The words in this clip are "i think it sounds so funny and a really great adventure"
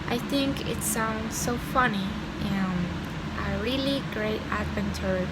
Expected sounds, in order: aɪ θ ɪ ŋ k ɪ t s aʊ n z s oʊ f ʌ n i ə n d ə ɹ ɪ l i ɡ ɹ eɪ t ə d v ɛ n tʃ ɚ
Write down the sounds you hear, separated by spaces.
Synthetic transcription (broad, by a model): aɪ θ ɪ ŋ k ɪ t s aʊ n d s oʊ f ʌ n i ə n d ə ɹ ɪ l i ɡ ɹ eɪ t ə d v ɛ n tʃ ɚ